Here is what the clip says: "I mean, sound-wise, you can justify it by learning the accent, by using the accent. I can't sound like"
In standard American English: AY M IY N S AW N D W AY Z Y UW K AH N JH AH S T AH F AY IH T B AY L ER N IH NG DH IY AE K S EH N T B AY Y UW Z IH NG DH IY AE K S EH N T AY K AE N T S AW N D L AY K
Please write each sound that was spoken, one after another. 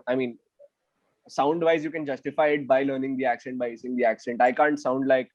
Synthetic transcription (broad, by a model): AY M IY N S AW N D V AY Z Y UW K AH N JH AH S T AH F AY IH T B AY L ER N IH NG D IY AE K S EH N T B AY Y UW S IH NG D IY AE K S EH N T AY K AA N T S AW N D L AY K